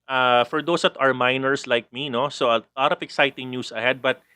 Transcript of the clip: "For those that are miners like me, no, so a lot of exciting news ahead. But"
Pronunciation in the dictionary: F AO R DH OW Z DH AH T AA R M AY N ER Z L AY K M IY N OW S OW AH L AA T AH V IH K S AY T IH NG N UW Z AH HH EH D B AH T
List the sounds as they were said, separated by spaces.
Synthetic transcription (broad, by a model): F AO R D OW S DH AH T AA R M AY N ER S L AY K M IY N OW S OW AH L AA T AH F IH K S AY T IH NG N UW S AH HH EH D B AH T